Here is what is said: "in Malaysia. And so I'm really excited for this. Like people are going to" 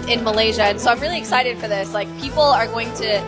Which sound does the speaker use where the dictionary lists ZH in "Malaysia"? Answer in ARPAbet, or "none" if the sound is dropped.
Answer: ZH